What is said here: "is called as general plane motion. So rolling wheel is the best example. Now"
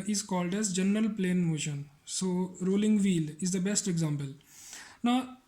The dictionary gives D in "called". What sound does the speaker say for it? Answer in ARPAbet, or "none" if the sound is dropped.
D